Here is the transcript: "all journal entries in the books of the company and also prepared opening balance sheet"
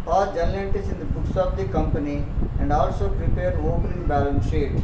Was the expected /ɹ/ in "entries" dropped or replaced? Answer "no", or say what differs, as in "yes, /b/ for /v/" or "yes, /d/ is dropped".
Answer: yes, /ɹ/ is dropped